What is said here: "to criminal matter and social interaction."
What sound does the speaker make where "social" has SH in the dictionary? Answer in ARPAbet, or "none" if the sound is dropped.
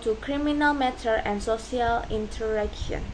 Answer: none